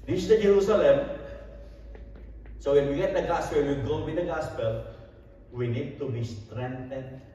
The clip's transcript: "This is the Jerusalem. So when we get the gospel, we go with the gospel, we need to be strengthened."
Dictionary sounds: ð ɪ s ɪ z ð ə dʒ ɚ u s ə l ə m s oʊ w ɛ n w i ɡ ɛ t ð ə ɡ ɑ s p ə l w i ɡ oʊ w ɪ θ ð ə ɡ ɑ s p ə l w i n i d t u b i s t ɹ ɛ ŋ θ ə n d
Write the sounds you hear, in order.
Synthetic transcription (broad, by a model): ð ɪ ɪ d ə dʒ ɚ u s ə l ə m s oʊ w ɛ n w i ɡ ɛ t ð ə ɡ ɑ s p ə n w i ɡ oʊ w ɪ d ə ɡ ɑ s p ə l w i n i d t u b i s t ɹ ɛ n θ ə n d